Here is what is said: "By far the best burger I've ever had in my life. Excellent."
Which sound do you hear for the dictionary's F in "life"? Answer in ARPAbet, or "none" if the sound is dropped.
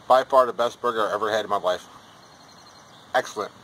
F